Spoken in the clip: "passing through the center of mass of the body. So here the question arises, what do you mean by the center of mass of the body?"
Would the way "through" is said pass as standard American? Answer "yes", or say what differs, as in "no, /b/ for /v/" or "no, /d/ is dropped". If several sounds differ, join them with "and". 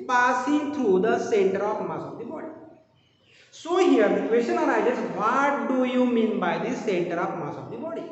no, /t/ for /θ/